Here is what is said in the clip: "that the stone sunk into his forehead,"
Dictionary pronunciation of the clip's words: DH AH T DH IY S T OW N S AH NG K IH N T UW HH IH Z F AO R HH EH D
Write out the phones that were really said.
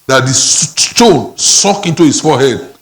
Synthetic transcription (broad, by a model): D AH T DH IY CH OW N S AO K IH N T UW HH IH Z F AO HH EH D